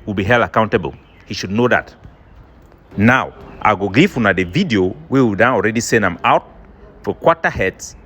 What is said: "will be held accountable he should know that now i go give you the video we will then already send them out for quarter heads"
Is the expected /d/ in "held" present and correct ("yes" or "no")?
no